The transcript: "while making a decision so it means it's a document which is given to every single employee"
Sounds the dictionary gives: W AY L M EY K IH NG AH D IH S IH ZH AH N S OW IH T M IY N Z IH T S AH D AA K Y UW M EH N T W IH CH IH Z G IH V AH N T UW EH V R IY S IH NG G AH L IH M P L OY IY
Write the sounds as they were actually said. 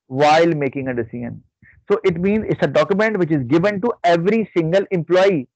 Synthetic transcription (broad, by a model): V AY L M EY K IH NG AH D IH S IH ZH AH N S OW IH T M IY N Z IH T S AH D AA K Y UW M EH N T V IH CH IH Z G IH V AH N T UW EH V R IY S IH NG G AH L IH M P L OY IY